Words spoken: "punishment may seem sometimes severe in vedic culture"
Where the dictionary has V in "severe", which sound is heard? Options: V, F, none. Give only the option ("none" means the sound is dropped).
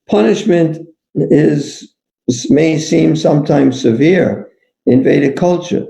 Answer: V